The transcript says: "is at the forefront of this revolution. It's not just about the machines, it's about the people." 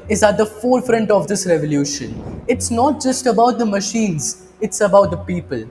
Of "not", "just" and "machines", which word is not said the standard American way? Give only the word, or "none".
none